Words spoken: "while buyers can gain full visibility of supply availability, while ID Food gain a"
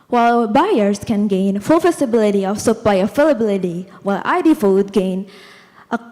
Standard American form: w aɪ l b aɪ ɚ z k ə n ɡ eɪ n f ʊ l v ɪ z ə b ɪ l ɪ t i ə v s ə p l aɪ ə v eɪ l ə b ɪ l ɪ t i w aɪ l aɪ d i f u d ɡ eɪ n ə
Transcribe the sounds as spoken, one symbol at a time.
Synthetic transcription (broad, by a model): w aɪ l b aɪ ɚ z k ə n ɡ eɪ n f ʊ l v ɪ s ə b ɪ l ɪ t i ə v s ə p l aɪ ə f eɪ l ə b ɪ l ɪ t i w aɪ l aɪ d i f u d ɡ eɪ n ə